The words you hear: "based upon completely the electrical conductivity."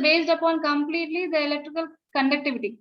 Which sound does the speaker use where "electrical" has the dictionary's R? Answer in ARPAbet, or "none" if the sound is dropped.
R